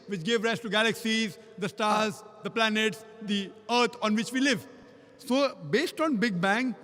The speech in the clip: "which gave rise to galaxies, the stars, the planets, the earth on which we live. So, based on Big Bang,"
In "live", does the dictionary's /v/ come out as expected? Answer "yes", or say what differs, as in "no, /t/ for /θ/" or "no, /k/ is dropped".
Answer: yes